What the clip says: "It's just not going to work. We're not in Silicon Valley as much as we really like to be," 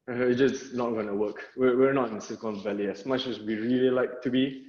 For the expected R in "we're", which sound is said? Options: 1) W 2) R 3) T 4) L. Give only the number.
1